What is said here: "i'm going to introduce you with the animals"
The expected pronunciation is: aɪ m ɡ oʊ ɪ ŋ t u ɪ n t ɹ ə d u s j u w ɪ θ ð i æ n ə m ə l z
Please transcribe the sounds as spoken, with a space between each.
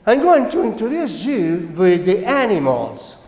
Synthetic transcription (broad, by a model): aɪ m ɡ oʊ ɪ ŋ t u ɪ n t ə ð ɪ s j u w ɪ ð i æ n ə m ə l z